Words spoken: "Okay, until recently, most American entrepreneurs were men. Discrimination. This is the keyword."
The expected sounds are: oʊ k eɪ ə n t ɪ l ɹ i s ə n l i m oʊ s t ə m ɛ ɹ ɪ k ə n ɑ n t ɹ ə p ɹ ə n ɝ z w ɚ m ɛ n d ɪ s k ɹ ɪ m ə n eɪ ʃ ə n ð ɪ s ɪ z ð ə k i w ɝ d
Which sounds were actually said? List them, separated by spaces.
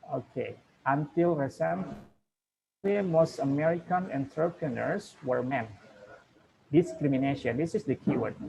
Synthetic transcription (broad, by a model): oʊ k eɪ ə n t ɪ l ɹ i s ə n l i m oʊ s t ə m ɛ ɹ ɪ k ə n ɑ n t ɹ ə p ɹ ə n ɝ s w ɚ m ɛ n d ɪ s k ɹ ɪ m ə n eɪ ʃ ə n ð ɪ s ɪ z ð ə k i w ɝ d